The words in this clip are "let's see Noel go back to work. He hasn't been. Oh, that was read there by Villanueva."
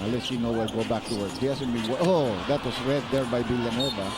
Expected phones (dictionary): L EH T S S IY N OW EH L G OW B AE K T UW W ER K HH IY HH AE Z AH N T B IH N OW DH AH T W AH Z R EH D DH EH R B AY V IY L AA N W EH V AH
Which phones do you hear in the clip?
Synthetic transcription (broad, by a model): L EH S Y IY N OW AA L G OW B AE K T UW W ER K HH IY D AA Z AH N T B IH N OW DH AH T W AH S R EH D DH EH R B AY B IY L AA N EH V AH